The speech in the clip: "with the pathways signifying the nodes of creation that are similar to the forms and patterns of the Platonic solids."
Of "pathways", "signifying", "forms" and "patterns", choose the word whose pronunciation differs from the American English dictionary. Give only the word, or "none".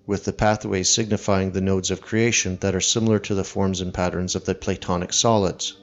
none